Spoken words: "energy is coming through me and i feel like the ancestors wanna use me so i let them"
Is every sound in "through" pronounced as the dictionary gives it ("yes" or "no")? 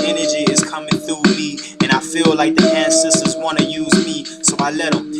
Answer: yes